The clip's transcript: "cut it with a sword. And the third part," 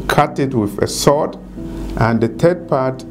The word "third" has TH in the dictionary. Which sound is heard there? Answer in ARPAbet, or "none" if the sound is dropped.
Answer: T